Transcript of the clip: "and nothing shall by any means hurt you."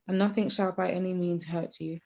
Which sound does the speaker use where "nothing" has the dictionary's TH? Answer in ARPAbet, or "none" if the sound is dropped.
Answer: TH